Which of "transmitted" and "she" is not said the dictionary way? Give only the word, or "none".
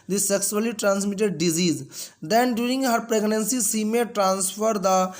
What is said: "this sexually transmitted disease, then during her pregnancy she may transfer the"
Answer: she